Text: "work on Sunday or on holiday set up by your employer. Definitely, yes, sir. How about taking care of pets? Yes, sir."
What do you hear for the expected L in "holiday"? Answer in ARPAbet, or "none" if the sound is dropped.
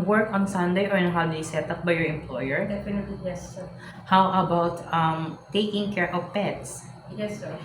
W